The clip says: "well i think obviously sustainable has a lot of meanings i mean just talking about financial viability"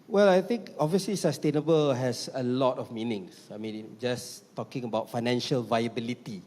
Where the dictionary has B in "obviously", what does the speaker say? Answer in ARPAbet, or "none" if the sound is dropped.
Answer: none